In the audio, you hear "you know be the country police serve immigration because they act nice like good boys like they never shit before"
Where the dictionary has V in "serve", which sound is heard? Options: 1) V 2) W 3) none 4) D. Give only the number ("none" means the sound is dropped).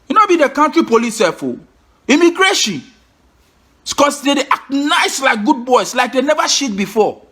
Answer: 3